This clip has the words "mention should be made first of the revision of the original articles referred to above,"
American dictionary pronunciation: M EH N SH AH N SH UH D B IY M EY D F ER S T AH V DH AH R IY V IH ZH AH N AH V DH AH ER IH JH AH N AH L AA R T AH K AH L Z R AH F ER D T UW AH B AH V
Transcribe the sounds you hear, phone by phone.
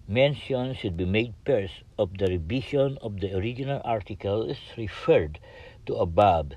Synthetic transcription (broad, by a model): M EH N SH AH N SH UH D B IY M EY D P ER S AH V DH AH R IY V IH SH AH N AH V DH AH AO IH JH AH N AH L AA R T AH K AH L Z R AH F ER D T UW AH B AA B